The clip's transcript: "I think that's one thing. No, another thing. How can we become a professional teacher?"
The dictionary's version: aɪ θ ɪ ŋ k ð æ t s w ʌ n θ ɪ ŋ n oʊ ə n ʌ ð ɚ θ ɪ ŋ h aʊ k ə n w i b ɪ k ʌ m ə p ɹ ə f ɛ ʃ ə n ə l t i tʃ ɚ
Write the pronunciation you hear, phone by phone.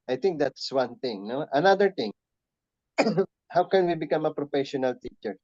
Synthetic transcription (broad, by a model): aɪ t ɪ ŋ k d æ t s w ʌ n t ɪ ŋ n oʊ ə n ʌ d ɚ t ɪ ŋ h aʊ k ə n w i b ɪ k ʌ m ə p ɹ ə f ɛ ʃ ə n ə l t i tʃ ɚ